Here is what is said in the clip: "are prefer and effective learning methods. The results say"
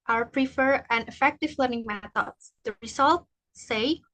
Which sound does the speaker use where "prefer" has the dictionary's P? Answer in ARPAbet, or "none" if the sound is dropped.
P